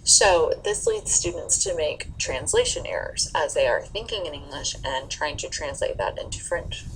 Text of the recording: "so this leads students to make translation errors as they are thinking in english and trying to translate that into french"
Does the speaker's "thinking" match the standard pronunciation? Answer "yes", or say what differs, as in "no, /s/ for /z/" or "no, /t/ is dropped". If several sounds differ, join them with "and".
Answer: yes